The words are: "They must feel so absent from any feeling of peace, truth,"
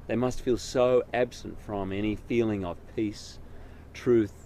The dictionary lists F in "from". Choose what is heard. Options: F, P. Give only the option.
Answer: F